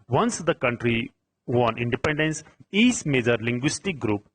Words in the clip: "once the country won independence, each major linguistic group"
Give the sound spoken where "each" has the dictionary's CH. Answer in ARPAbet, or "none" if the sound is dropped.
S